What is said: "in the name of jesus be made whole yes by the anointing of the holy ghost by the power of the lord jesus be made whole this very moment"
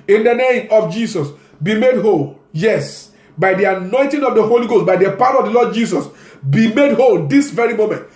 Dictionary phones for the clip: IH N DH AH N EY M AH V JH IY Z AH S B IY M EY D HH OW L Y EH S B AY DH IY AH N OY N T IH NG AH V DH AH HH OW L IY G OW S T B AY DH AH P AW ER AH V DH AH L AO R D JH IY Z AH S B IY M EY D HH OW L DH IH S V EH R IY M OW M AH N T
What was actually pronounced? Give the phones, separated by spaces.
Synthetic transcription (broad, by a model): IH N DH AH N EY M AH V JH IY S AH S B IY M EY D HH OW L Y EH S B AY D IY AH N OY N T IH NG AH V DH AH HH OW L IY G OW S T B AY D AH P AW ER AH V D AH L AO D JH IY S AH S B IY M EY D HH OW L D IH S V EH R IY M OW M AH N T